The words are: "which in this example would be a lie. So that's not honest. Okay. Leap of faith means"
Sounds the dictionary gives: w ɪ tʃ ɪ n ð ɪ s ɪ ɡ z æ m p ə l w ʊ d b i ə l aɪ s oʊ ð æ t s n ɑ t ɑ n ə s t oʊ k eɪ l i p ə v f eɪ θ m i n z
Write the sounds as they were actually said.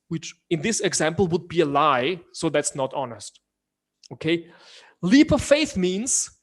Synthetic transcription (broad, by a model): w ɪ tʃ ɪ n ð ɪ s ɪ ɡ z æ m p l w ʊ d b i ə l aɪ s oʊ ð æ t s n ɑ t ɑ n ə s t oʊ k eɪ l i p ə f eɪ θ m i n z